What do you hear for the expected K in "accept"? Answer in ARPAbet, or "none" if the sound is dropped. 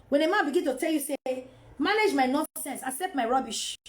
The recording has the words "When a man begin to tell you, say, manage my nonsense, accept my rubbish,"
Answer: K